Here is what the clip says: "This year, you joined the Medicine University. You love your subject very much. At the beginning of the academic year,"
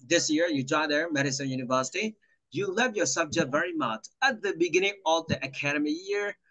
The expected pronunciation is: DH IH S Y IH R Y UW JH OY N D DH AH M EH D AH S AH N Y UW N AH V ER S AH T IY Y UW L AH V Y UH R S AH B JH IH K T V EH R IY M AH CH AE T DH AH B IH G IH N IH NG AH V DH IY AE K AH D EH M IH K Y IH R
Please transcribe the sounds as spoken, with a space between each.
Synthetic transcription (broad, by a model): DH IH S Y IH R Y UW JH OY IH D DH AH M EH D AH S AH N Y UW N AH V ER S AH T IY Y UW L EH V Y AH R S AH B JH IH K T V EH R IY M AH CH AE T DH AH B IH G IH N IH NG AH V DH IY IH K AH D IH M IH Y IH R